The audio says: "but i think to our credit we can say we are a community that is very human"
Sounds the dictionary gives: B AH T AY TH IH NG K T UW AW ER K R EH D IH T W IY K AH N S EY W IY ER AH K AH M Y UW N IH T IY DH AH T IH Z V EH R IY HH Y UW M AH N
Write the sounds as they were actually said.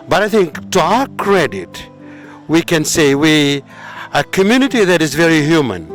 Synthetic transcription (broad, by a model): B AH T AY TH IH NG K T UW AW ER K R EH D IH T W IY K AH N S EY W IY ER AH K AH M Y UW N IH T IY DH AH T IH Z V EH R IY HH Y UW M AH N